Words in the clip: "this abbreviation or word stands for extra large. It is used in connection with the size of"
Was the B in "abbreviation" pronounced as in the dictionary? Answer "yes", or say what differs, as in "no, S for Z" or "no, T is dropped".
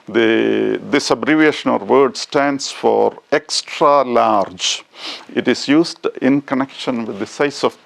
yes